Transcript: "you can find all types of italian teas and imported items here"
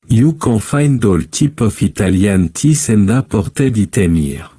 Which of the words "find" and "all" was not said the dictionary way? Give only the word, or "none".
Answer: none